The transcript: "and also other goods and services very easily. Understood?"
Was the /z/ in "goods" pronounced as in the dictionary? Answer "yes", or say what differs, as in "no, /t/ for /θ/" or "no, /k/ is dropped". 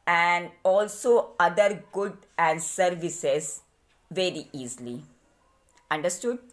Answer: no, /z/ is dropped